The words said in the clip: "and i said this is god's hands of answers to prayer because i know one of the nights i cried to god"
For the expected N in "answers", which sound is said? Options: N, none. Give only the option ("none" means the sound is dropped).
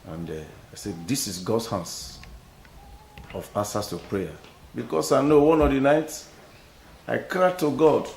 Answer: none